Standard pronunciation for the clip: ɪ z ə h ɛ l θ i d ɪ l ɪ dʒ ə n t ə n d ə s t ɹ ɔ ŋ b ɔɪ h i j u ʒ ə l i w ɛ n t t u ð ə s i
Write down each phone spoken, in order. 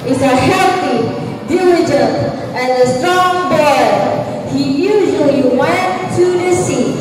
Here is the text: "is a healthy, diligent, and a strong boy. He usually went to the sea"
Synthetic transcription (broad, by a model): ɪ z ə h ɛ θ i d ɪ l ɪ dʒ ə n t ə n ə s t ɔ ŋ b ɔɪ h i j u ʒ ə l i w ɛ n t t u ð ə s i